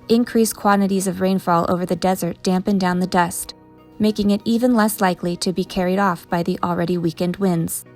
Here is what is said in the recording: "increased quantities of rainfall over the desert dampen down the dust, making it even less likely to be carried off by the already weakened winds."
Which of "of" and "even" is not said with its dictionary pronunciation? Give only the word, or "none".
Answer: none